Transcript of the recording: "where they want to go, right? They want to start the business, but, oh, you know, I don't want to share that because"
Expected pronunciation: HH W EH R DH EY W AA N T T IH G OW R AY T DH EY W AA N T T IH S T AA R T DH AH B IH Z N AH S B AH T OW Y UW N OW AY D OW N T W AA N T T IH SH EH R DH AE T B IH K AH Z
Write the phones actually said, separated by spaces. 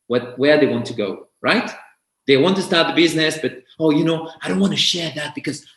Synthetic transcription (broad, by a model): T W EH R DH EY W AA N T T IH G OW R AY T DH EY W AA N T T IH S T AA R T DH AH B IH Z N AH S B AH T OW Y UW N OW AY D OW N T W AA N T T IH SH EH R DH AE T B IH K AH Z